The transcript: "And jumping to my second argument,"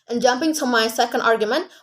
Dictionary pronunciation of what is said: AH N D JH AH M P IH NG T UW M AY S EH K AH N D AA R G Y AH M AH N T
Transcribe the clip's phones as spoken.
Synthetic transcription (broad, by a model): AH N JH AH M P IH NG T UW M AY S EH K AH N D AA R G Y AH M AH N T